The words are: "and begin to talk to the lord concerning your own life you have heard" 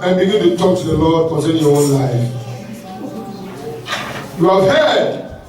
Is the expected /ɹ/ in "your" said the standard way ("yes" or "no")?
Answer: no